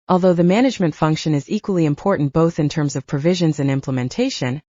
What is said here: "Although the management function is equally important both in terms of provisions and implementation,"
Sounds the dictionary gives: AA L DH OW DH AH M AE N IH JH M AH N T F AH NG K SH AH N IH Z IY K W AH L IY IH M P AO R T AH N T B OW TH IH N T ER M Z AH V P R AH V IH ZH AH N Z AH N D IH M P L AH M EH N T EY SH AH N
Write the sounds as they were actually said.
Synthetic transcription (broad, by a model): AA L DH OW DH AH M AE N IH JH M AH N T F AH NG K SH AH N IH Z IY K W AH L IY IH M P AO R T N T B OW TH IH N T ER M Z AH V P R AH V IH ZH AH N Z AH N IH M P L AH M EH N T EY SH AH N